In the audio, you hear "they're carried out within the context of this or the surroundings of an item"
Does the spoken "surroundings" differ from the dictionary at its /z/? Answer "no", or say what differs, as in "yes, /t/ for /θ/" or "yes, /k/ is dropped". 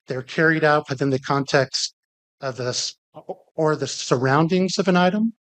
no